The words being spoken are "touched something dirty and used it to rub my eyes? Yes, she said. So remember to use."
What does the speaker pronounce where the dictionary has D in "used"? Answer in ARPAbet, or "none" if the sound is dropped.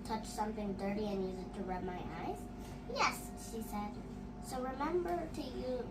none